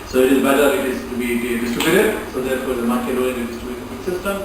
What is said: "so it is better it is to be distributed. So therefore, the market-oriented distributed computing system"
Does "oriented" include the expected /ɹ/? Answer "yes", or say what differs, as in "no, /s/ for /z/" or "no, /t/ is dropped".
no, /ɹ/ is dropped